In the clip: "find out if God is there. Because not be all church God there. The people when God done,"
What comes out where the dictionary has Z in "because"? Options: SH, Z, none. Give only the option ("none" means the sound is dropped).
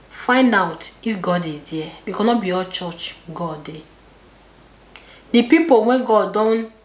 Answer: none